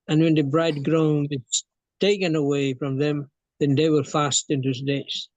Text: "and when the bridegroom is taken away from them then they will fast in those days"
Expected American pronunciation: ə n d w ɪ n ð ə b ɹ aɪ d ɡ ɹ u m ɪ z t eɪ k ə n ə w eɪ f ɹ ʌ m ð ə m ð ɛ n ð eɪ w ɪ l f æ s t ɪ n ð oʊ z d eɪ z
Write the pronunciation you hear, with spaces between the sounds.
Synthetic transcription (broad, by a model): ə n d w ɪ n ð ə b ɹ aɪ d ɡ ɹ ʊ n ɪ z t eɪ k ə n ə w eɪ f ɹ ʌ m ð ə m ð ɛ n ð eɪ w ɪ l f æ s t ɪ n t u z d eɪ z